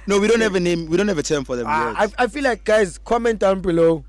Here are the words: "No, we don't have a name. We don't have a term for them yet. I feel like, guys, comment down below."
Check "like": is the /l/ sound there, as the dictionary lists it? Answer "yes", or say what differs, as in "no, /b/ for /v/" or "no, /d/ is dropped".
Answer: yes